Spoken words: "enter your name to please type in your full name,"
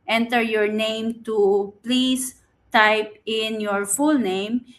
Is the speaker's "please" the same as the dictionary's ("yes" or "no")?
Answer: no